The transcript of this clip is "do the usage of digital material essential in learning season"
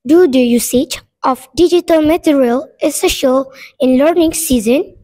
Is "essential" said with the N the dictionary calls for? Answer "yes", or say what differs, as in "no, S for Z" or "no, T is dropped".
no, N is dropped